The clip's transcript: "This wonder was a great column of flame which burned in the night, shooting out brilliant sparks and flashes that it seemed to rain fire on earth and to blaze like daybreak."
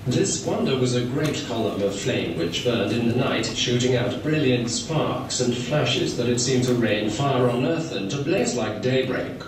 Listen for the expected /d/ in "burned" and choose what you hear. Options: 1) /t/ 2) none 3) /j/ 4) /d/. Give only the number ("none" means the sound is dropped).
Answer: 4